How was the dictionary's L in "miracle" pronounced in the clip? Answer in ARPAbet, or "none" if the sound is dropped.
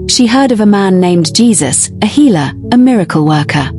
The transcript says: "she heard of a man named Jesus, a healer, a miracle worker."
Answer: L